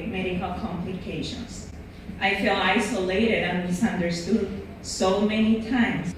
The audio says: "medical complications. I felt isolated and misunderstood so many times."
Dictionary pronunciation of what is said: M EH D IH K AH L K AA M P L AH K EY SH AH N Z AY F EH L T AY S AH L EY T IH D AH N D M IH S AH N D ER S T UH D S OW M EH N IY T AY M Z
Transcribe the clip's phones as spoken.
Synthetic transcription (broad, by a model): M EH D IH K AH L K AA M P L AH K EY SH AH N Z AY F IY L AY S AH L EY T IH D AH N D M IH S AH N D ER S T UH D S OW M EH N IY T AY M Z